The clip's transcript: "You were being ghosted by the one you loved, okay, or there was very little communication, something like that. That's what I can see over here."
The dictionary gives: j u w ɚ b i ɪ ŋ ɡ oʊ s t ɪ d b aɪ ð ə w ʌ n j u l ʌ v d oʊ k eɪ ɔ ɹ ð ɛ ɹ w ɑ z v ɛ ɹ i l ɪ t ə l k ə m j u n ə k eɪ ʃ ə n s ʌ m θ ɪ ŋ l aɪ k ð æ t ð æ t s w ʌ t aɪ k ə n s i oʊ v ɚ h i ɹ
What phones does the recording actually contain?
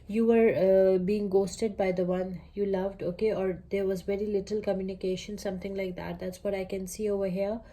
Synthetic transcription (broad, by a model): j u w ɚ b i ɪ ŋ ɡ oʊ s t ɪ d b aɪ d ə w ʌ n j u l ʌ v d oʊ k eɪ ɔ ɹ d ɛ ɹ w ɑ z v ɛ ɹ i l ɪ t ə l k ə m j u n ə k eɪ ʃ ə n s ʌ m t ɪ ŋ l aɪ k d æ t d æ t s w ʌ t aɪ k ə n s i oʊ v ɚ h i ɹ